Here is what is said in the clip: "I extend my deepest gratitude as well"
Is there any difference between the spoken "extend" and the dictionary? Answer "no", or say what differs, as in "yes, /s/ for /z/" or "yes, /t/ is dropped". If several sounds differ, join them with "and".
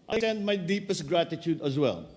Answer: yes, /k/ is dropped